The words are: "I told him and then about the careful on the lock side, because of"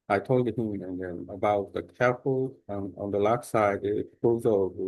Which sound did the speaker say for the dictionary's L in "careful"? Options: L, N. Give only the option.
N